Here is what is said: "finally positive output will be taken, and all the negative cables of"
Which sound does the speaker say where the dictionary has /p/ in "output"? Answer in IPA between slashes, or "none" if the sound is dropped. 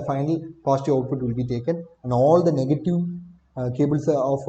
/f/